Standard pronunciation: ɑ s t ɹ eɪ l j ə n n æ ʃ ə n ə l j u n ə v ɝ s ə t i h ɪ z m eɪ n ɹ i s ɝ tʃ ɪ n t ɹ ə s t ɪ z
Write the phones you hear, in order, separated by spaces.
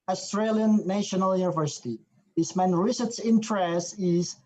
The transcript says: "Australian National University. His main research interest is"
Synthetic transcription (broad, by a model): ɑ s t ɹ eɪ l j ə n n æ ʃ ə n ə l j u n ə v ɝ s ə t i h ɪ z m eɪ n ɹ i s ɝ s ɪ n t ɹ ə s t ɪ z